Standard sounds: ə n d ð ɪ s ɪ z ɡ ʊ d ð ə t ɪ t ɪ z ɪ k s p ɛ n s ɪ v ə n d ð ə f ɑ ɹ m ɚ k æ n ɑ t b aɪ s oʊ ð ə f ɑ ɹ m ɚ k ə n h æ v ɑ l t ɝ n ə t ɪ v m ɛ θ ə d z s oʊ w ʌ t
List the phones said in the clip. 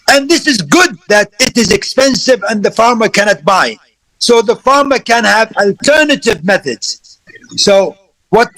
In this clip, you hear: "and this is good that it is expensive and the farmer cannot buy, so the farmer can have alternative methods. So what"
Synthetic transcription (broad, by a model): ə n ð ɪ s ɪ z ɡ ʊ d ð ə t ɪ t ɪ z ɪ k s p ɛ n s ɪ v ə n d ð ə f ɑ ɹ m ɚ k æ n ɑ t b aɪ s oʊ ð ə f ɑ ɹ m ɚ k ə n h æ v ɑ l t ɝ n ə t ɪ v m ɛ θ ə d z s oʊ w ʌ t